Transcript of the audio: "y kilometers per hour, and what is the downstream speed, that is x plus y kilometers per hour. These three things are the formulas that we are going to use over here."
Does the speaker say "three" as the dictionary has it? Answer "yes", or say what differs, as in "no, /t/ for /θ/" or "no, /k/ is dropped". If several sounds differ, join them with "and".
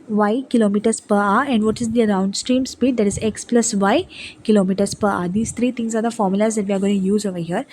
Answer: no, /t/ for /θ/